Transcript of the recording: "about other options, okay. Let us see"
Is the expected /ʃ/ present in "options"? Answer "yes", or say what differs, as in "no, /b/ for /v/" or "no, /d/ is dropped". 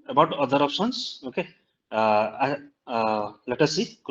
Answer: no, /s/ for /ʃ/